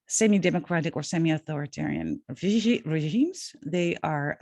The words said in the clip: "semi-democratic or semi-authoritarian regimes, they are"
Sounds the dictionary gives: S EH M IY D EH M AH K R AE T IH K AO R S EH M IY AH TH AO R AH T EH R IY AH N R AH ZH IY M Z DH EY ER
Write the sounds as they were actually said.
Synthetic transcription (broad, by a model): S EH M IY D EH M AH K R AE T IH K AO R S EH M IY AH TH AO R AH T EH R IY AH N R AH ZH IY M Z DH EY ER